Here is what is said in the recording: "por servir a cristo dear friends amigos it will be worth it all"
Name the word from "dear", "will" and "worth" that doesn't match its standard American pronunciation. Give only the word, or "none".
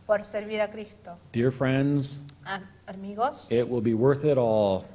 none